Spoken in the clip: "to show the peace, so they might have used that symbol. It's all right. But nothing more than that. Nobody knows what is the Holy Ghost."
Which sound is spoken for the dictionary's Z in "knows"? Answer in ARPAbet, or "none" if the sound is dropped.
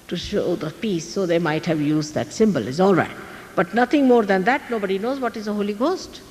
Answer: Z